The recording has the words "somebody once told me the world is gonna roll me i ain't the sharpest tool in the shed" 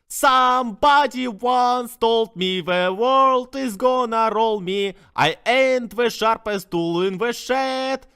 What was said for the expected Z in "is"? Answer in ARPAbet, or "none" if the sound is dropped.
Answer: Z